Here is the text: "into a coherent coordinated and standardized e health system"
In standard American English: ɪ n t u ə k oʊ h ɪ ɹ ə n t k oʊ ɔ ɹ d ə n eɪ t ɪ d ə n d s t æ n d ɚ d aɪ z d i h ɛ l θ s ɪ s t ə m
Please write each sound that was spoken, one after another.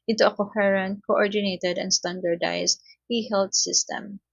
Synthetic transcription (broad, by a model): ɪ n t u ə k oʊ h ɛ ɹ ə n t k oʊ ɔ ɹ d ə n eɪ t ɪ d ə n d s t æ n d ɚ d aɪ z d i h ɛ l t s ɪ s t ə m